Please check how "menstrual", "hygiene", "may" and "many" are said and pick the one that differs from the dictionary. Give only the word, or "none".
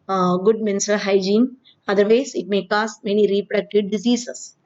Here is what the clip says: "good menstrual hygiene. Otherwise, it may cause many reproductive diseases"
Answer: menstrual